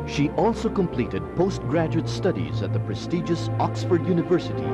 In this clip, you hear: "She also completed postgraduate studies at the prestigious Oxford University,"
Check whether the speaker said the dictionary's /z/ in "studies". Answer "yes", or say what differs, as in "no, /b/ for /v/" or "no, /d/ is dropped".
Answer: yes